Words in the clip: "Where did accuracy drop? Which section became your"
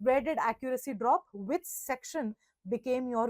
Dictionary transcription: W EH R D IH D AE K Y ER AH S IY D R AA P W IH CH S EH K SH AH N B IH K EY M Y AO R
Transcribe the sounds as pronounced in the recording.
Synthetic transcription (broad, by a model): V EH R D IH D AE K Y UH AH S IY D R AA P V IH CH S EH K SH AH N B IH K EY M Y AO R